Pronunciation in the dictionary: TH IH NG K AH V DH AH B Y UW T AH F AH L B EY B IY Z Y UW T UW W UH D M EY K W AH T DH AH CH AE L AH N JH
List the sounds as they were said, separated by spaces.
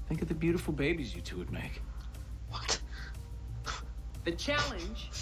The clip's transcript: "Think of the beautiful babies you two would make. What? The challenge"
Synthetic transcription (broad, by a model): TH IH NG K AH V DH AH B Y UW T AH F L B EY B IY Z Y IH T UW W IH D M EY K W AH T DH AH CH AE L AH N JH